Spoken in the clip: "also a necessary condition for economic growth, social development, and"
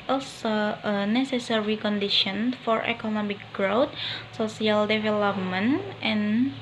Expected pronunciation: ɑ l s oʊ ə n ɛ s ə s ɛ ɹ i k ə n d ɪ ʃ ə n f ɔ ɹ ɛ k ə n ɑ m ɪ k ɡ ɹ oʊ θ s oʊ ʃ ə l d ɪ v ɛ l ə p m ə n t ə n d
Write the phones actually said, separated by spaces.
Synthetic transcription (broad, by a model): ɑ l s oʊ ə n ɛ s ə s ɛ ɹ i k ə n d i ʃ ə n f ɔ ɹ ɛ k ə n ɑ m ɪ k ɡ ɹ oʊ t s oʊ s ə l d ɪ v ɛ l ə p m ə n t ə n